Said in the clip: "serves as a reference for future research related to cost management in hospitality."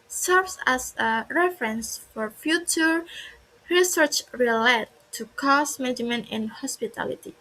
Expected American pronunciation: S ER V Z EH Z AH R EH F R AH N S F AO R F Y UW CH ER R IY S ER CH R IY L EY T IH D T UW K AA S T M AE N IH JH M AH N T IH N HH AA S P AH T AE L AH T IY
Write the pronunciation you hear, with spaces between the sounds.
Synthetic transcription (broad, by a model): S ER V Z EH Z AH R EH F R AH N S F AO R F Y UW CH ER R IY S ER CH R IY L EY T T UW K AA S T M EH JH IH M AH N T IH N HH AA S P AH T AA L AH T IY